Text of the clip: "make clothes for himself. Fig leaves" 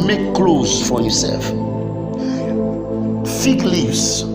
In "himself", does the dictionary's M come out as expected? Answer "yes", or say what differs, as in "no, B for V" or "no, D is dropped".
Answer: no, M is dropped